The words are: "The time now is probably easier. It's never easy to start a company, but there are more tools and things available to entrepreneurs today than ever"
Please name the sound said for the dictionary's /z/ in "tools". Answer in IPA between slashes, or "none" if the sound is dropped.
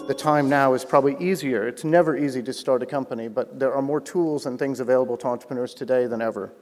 /z/